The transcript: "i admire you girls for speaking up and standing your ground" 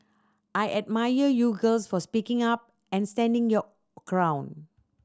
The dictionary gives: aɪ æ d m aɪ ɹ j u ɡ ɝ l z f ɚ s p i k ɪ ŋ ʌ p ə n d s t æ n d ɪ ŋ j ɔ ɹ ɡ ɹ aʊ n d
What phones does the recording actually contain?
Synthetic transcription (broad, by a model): aɪ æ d m aɪ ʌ j u ɡ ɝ l s f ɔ s p i k ɪ ŋ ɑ p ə n s t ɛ n d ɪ ŋ j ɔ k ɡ ɹ aʊ n